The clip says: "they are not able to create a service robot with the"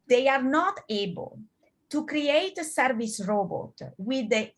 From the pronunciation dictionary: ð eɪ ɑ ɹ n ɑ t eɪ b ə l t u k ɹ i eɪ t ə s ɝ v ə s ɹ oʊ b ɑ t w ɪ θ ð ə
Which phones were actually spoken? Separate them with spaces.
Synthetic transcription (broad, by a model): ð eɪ ɑ ɹ n ɑ t eɪ b ə l t u k ɹ i eɪ t ə s ɝ v ə s ɹ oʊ b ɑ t w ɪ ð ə